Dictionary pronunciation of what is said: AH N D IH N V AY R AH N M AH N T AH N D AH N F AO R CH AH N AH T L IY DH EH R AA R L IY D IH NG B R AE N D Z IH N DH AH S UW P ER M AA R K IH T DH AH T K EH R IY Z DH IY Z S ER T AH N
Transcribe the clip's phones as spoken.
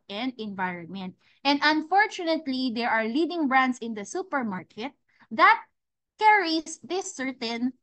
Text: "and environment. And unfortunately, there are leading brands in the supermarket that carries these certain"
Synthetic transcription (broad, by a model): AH N D IH N V AY R AH N M AH N T AH N D AH N F AO R CH AH N AH T L IY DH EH R AA R L IY D IH NG B R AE N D S IH N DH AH S UW P ER M AA R K IH T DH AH T K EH R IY S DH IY S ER T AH N